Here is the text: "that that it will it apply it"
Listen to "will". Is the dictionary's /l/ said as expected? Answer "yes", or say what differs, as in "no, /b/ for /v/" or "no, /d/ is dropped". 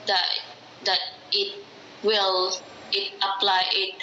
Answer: yes